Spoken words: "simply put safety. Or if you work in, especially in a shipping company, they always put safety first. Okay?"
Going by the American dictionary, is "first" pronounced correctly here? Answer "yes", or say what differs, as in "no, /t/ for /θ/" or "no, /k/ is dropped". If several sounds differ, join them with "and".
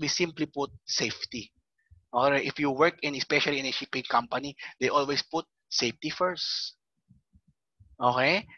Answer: yes